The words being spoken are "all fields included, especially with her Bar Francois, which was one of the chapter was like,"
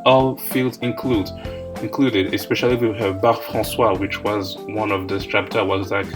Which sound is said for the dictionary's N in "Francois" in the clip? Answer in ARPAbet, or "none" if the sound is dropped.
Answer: none